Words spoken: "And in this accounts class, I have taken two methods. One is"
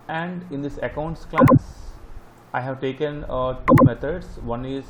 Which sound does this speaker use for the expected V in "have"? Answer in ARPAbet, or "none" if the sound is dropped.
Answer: V